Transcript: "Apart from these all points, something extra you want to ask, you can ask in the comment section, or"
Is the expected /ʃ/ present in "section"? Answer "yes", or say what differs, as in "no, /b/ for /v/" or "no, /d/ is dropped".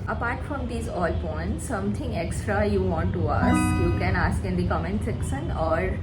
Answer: no, /s/ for /ʃ/